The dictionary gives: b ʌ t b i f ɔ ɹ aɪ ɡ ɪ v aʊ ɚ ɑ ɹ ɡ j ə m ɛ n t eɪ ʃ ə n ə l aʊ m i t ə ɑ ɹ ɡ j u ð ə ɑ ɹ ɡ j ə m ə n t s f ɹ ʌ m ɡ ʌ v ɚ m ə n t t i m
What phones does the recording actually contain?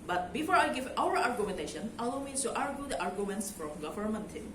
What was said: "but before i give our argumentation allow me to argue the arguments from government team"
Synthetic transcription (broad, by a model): b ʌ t b i f ɔ ɹ aɪ ɡ ɪ v aʊ ɚ ɑ ɹ ɡ j ə m ɛ n t eɪ ʃ ə n ə l aʊ m i s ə ɑ ɹ ɡ j u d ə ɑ ɹ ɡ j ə m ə n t s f ɹ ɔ m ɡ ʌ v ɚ m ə n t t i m